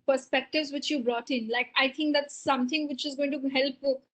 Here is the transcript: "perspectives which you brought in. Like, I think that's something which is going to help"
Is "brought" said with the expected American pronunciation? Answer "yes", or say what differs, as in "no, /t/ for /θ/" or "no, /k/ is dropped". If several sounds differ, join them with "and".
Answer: yes